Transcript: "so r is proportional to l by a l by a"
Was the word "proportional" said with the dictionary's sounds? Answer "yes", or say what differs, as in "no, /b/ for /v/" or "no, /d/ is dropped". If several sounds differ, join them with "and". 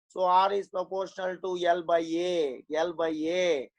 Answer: yes